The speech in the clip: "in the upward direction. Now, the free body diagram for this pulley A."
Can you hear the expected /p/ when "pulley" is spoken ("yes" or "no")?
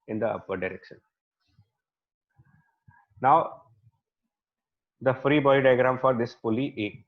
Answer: no